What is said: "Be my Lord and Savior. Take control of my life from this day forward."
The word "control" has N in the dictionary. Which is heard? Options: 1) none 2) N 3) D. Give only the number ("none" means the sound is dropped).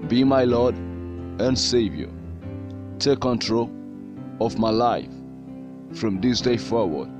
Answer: 2